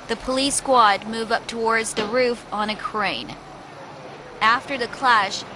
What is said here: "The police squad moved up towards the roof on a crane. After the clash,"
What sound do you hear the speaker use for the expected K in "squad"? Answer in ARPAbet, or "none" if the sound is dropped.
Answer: K